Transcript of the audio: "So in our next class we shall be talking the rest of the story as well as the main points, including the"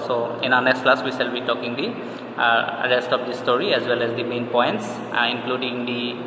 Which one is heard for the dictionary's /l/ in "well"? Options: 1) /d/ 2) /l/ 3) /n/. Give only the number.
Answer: 2